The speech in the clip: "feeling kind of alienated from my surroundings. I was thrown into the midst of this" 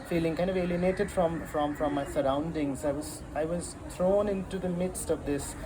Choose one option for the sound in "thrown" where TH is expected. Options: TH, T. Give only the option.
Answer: T